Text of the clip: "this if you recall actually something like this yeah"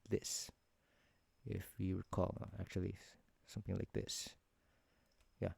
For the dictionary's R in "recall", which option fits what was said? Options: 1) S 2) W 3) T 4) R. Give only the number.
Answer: 2